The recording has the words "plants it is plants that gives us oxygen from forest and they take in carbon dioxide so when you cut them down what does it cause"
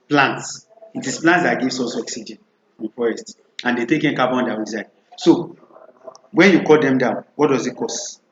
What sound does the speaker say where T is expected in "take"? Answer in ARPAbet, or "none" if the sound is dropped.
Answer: T